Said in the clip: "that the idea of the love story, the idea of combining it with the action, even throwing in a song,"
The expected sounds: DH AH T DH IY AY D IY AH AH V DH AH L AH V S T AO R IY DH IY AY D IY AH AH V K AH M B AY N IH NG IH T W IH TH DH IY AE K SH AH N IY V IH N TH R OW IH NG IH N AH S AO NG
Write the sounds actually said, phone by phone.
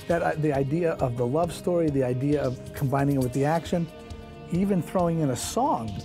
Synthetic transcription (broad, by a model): DH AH T DH IY AY D IY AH AH V DH AH L AH V S T AO R IY DH IY AY D IY AH AH V K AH M B AY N IH NG IH T W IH DH IY AE K SH AH N IY V IH N TH R OW IH NG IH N AH S AO NG